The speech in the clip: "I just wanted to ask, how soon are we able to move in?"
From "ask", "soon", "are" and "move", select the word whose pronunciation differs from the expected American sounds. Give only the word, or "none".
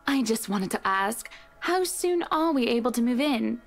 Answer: are